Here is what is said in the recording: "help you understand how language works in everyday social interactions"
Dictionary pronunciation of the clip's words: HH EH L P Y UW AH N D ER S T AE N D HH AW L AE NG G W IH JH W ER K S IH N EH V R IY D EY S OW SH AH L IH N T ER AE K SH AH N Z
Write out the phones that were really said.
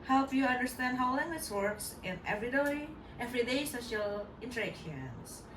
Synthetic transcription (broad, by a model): HH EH L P Y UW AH N D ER S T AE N D HH AW L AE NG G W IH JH W ER K S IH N EH V R IY D EY S OW SH AH L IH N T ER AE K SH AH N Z